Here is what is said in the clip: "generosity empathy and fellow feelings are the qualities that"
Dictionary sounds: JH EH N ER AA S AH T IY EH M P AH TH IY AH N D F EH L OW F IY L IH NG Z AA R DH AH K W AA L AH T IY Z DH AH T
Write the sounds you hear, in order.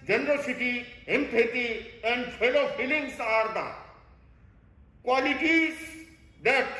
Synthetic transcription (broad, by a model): JH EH N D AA S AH T IY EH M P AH T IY AH N D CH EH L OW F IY L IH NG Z AA R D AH K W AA L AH T IY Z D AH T